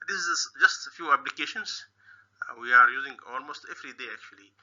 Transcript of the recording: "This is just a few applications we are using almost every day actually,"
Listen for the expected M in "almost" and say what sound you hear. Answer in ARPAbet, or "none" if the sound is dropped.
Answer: M